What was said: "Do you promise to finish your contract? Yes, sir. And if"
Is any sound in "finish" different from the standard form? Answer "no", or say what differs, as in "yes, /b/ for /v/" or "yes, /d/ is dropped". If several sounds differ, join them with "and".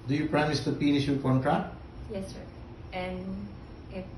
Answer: yes, /p/ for /f/